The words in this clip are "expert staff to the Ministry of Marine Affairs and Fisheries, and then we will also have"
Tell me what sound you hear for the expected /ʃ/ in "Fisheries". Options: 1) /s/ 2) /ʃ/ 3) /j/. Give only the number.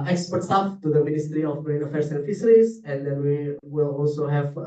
1